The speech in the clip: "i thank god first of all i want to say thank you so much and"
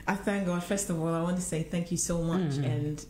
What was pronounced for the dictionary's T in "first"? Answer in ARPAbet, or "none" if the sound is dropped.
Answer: T